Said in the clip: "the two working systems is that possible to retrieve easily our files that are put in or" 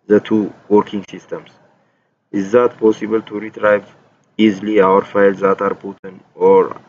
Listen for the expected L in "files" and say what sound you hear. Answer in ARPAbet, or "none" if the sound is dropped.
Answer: L